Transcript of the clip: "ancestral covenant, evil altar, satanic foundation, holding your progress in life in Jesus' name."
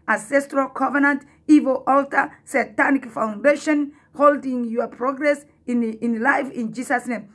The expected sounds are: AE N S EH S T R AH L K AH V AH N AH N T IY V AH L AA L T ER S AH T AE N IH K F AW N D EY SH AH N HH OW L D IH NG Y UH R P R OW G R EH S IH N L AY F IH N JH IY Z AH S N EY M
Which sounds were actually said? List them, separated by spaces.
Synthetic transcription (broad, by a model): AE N S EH S T R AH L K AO V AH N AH N T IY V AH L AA L T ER S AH T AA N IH K F AW N D EY SH AH N HH OW L D IH NG Y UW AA P R OW G R EH S IH N L AY F IH N JH IY S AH S N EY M